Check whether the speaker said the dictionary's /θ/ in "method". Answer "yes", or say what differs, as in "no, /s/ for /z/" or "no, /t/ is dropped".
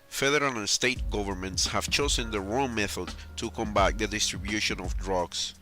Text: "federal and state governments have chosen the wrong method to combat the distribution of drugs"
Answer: yes